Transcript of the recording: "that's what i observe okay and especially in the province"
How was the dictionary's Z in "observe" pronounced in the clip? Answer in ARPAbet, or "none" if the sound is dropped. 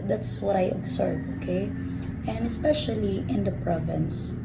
S